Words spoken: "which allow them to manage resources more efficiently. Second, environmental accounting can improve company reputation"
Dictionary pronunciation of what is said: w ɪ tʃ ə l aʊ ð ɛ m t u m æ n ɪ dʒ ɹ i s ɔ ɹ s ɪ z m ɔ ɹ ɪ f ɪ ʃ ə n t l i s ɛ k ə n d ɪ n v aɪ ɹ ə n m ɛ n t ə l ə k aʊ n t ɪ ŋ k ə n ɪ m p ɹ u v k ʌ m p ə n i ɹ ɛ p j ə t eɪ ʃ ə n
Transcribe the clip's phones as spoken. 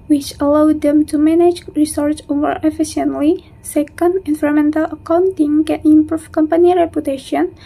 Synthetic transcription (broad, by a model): w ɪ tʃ ə l aʊ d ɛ m t u m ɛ n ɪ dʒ ɹ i s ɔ ɹ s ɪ m ɔ ɹ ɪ f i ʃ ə n t l i s ɛ k ə n d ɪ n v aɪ ɹ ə m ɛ n t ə l ə k aʊ n t ɪ ŋ k ə n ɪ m p ɹ u f k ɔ m p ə n i ɹ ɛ p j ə t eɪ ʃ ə n